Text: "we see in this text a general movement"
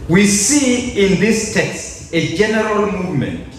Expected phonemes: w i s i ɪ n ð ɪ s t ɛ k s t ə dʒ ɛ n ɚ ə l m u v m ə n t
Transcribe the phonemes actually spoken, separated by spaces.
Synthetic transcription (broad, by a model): w i s i ɪ n ð ɪ s t ɛ k s t ə dʒ ɛ n ɚ ə l m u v m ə n t